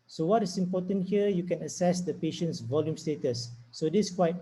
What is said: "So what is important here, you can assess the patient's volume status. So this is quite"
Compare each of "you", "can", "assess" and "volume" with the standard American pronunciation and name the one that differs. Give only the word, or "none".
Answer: none